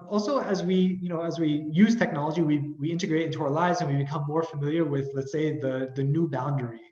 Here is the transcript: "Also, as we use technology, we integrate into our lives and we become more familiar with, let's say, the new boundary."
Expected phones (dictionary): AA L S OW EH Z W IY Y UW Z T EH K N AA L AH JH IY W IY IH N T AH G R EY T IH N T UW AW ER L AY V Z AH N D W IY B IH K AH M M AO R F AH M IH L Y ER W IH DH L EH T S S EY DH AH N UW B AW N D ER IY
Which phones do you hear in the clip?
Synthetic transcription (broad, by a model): AA L S OW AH Z W IY Y UW Z T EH K N AA L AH JH IY W IY IH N T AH G R EY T IH N T UW AW ER L AY V Z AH N W IY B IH K AH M M AO R F AH M IH L Y ER W IH DH L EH T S S EY DH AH N UW B AW N D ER IY